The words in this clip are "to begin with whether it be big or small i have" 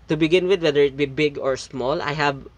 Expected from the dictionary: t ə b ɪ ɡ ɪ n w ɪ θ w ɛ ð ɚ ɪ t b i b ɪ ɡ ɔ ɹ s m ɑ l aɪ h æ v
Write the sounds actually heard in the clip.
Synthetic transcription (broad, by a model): t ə b ɪ ɡ ɪ n w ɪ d w ɛ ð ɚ ɪ t b i b ɪ ɡ ɔ ɹ s m ɑ l aɪ h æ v